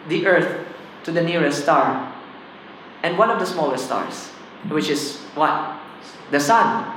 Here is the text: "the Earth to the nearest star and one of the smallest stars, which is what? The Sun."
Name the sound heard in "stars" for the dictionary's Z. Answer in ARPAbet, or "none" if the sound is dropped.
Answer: S